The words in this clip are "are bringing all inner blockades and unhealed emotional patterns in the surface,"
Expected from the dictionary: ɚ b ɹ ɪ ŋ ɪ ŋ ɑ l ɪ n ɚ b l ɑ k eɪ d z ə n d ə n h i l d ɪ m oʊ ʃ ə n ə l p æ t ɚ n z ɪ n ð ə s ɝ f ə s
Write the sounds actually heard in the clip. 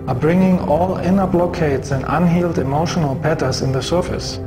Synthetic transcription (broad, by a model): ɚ b ɹ ɪ ŋ ɪ ŋ ɑ l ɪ n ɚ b l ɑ k eɪ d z ə n d ə n h i l d ɪ m oʊ ʃ ə n ə l p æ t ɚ z ɪ n ð ə s ɝ f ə s